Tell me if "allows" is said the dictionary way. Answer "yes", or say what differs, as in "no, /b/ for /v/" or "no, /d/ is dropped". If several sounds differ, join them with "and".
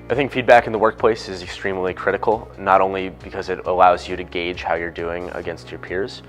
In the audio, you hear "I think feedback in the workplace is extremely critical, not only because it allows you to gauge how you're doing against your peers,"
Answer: yes